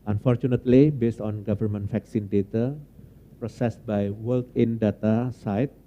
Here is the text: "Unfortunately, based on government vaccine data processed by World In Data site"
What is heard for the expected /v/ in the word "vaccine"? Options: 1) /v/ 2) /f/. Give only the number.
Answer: 2